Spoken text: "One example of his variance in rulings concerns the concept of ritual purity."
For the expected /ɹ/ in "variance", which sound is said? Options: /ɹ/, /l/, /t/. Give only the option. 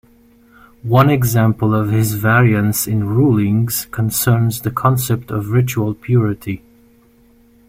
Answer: /ɹ/